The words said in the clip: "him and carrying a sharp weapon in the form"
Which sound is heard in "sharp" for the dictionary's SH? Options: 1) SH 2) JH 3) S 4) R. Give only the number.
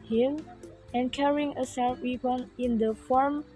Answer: 3